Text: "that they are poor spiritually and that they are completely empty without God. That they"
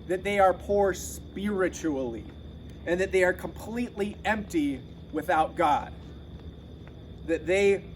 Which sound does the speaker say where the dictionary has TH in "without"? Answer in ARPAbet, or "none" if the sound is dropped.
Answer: TH